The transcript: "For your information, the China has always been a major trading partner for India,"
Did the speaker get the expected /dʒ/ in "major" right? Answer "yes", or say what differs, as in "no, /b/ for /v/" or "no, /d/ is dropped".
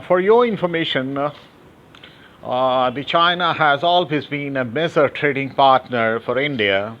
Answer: no, /z/ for /dʒ/